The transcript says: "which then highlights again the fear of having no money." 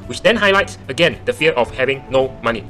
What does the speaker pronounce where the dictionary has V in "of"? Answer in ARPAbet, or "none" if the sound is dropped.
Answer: F